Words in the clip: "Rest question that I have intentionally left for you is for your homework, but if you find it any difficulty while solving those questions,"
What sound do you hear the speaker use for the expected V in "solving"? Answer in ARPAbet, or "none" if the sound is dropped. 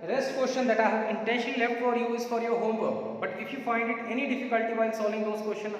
none